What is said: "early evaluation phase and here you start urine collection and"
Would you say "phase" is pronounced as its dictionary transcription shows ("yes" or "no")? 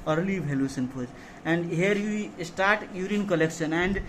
no